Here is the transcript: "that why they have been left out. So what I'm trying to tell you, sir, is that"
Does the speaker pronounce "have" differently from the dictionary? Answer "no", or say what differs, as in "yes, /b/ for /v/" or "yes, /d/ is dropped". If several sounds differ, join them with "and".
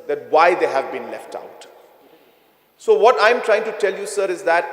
no